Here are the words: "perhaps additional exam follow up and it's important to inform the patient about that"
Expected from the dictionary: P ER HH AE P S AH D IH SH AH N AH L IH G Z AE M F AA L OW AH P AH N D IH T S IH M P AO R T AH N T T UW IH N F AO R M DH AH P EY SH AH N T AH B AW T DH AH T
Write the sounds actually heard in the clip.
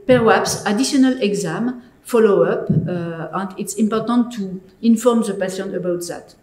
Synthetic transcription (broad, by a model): P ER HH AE P S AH D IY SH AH N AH L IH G Z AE M F AA L OW AH P AH N D IH T S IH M P AO R T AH N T T UW IH N F AO R M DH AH P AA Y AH N AH B AW T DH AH T